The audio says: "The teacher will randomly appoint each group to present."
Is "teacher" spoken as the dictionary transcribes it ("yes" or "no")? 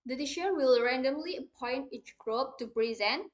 no